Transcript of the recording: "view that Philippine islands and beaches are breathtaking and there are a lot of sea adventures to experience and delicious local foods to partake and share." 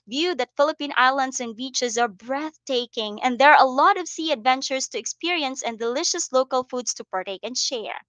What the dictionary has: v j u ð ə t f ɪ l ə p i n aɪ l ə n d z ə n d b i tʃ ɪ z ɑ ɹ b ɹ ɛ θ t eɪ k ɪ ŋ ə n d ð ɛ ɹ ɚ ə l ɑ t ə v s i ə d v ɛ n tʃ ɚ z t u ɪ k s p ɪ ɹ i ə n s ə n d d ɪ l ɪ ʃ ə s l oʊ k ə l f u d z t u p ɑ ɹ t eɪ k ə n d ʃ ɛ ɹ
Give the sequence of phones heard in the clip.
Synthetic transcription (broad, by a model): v j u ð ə t f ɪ l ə p i n aɪ l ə n d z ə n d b i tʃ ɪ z ɑ ɹ b ɹ ɛ θ t eɪ k ɪ ŋ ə n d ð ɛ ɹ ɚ ə l ɑ t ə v s i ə d v ɛ n tʃ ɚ s t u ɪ k s p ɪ ɹ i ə n s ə n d d ɪ l ɪ ʃ ə s l oʊ k ə l f u d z t u p ɑ ɹ t eɪ k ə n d ʃ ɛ ɹ